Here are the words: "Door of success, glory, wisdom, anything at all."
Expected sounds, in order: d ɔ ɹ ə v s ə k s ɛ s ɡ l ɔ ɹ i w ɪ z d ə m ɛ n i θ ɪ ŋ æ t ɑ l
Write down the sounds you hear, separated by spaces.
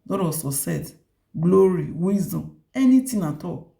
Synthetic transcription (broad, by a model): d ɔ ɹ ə s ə s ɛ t ɡ l ɔ ɹ i w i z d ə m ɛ n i t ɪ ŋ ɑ t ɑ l